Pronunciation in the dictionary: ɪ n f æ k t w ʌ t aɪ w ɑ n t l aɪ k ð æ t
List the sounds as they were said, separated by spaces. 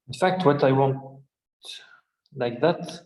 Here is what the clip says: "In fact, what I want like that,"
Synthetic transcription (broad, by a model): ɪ n f æ k t w ʌ t aɪ w ɑ n t l aɪ k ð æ t